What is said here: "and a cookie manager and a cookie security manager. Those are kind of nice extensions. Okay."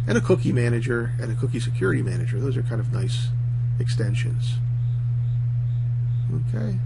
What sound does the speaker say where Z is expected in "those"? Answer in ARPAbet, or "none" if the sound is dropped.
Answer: Z